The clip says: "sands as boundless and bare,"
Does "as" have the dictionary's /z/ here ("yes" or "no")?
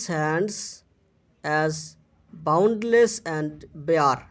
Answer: yes